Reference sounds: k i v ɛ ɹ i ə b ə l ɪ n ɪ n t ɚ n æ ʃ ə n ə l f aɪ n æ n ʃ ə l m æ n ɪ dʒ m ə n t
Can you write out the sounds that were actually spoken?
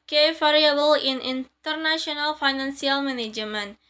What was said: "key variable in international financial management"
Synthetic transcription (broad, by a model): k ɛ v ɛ ɹ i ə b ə l ɪ n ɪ n t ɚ n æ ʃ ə n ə l f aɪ n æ n s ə l m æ n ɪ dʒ m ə n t